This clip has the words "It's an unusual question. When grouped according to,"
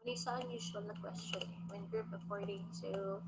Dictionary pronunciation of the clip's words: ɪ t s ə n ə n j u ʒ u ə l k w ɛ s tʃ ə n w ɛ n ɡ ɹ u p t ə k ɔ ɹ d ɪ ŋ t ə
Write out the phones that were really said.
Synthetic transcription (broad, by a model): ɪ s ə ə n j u s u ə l k w ɛ s tʃ ə n w ɛ n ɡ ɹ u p ə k ɔ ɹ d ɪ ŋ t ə